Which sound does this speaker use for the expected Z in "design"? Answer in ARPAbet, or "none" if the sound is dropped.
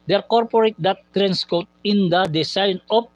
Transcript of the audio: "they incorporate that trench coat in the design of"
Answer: S